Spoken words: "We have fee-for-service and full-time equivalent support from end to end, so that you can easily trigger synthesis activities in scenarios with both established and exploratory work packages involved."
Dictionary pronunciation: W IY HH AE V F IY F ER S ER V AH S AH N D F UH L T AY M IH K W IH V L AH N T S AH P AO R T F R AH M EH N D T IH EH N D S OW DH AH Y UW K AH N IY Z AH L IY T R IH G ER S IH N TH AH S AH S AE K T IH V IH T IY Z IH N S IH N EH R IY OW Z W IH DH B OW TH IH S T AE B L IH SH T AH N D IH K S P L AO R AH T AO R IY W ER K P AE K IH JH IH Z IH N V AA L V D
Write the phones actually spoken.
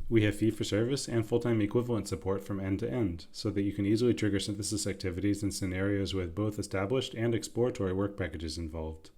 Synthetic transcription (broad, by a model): W IY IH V F IY F ER S ER V AH S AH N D F UH L T AY M IH K W IH V L AH N T S AH P AO R T F R AH M EH N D T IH EH N D S OW DH AH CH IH K AH N IY Z L IY T R IH G ER S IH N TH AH S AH S AE K T IH V IH T IY Z IH N S IH N EH R IY OW Z W IH DH B OW TH IH S T AE B L IH SH T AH N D IH K S P L AO R AH T AO R IY W ER K P AE K IH JH IH Z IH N V AA L V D